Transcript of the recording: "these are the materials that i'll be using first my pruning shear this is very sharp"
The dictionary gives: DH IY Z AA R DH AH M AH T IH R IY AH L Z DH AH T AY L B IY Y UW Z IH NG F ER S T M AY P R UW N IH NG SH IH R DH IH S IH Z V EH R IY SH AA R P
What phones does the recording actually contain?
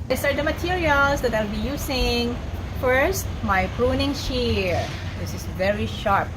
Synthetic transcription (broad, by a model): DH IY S AA R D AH M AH T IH R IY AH L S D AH T AY L B IY Y UW S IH NG F ER S T M AY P R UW N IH NG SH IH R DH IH S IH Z V EH R IY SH AA R P